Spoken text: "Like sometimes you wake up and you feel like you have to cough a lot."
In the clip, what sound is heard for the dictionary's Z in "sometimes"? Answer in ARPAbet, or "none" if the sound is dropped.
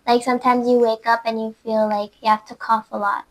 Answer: Z